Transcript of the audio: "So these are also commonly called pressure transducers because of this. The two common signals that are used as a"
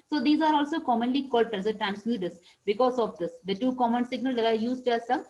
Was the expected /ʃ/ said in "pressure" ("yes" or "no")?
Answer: no